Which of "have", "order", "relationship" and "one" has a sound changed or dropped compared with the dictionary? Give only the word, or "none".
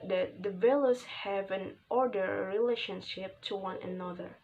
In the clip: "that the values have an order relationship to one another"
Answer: none